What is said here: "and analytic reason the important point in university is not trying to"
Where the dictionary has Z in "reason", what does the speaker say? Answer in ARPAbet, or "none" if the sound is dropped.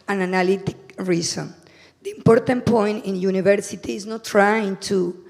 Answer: S